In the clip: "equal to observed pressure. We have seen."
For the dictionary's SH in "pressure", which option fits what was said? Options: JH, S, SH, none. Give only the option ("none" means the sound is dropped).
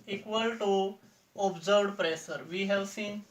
S